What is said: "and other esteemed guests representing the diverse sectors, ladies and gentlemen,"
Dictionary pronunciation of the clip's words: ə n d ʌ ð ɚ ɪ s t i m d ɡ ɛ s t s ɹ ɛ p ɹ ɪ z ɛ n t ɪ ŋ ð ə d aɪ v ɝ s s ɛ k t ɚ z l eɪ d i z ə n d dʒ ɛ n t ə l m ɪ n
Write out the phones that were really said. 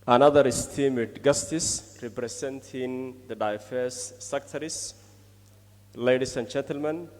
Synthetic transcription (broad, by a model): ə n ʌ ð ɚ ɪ s t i m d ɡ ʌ s t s ɹ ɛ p ɹ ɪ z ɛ n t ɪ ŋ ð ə d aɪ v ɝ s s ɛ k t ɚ s l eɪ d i s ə n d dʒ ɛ n t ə l m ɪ n